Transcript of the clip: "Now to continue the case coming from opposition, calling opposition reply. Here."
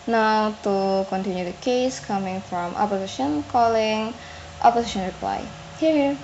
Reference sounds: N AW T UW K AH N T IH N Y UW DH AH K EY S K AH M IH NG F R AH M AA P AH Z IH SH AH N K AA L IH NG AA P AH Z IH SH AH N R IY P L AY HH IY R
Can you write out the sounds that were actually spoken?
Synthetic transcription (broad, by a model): N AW T UW K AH N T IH N Y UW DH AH K EY S K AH M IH NG F R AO M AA P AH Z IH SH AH N K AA L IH NG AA P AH S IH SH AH N R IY P L AY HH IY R